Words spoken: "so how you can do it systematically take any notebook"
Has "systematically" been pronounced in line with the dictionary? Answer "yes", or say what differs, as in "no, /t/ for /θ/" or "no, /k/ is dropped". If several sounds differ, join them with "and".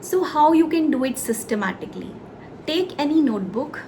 yes